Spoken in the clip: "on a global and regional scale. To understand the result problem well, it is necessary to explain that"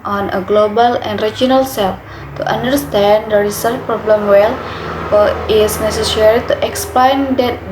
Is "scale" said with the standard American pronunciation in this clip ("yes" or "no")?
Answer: no